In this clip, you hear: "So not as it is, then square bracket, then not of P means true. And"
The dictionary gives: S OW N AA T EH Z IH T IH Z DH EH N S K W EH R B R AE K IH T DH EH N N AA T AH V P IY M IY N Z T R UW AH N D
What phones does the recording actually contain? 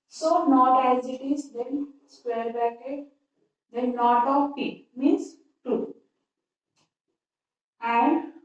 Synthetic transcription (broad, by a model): S OW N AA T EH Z IH T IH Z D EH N S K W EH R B AE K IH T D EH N N AA T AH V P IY M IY N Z T UW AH N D